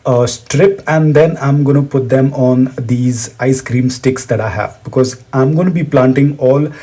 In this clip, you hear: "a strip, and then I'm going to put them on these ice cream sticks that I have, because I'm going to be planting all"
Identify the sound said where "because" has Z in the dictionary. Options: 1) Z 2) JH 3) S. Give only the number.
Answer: 1